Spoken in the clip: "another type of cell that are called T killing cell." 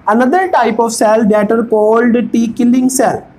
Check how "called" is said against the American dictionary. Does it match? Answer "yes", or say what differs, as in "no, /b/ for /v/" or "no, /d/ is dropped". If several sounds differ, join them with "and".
yes